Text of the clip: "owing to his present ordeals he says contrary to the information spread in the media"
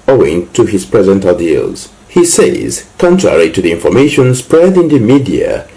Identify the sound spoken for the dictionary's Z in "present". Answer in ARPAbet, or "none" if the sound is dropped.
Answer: Z